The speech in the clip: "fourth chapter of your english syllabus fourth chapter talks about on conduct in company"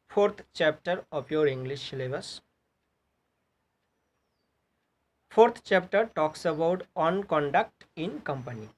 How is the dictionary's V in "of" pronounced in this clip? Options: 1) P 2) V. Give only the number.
1